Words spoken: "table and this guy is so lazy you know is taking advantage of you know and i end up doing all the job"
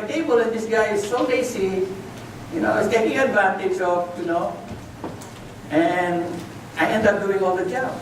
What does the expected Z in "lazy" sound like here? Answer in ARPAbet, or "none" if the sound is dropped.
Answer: S